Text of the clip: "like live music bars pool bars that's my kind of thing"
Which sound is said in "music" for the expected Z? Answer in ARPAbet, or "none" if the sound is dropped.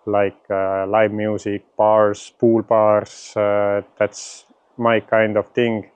S